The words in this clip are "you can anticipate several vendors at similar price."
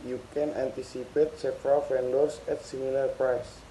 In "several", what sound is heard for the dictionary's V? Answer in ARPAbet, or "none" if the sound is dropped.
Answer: F